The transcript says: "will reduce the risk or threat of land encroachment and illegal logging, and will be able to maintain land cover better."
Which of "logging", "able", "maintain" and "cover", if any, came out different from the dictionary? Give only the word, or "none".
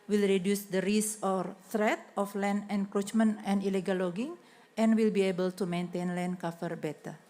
cover